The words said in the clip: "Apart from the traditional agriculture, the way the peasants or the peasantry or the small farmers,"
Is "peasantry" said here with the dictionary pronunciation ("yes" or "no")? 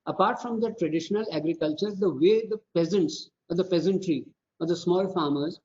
yes